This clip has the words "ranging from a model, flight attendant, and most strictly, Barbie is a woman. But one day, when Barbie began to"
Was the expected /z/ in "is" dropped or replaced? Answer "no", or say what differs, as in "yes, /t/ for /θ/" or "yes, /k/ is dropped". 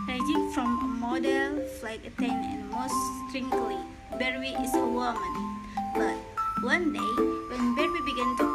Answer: yes, /s/ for /z/